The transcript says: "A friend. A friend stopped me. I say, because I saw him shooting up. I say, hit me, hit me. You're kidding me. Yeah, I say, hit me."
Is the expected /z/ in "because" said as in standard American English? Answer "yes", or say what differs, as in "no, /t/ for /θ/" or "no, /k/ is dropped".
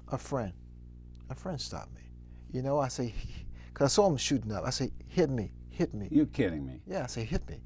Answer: no, /s/ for /z/